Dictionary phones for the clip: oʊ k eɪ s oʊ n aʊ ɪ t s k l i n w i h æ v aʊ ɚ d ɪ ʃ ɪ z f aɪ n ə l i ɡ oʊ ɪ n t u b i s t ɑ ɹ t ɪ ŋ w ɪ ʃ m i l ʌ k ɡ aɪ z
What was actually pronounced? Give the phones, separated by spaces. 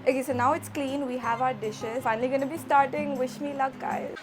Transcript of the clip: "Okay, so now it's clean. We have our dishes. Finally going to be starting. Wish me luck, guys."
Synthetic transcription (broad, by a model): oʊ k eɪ s oʊ n aʊ ɪ t s k l i n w i h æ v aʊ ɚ d ɪ ʃ ɪ z f aɪ n ə l i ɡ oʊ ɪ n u b i s t ɑ ɹ t ɪ ŋ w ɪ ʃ m i l ʌ k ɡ aɪ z